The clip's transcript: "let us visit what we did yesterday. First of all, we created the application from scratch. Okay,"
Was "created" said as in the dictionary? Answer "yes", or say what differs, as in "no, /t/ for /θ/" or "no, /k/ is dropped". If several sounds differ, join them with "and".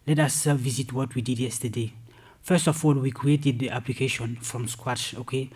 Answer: yes